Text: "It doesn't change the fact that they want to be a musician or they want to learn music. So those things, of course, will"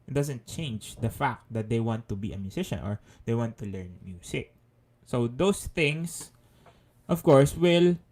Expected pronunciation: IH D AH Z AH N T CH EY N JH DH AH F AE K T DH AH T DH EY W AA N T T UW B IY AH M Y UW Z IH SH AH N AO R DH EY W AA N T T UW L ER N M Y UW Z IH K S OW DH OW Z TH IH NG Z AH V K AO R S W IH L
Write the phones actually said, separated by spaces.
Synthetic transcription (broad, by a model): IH D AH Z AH N T CH EY N JH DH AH F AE K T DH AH T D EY W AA N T T UW B IY AH M Y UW S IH SH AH N AO R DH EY W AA N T T UW L ER N M Y UW S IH K S OW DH OW S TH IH NG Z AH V K AO R S W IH L